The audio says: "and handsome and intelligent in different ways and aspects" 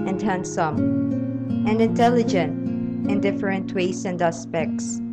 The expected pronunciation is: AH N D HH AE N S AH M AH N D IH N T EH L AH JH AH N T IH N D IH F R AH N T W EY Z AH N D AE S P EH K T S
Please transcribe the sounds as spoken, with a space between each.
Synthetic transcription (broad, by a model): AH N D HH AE N S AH M AH N D IH N T EH L AH JH AH N T IH N D IH F R AH N T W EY S AH N D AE S P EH K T S